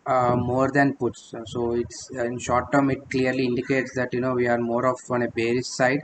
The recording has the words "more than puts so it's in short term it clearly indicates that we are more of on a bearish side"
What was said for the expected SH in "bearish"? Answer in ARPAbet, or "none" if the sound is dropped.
S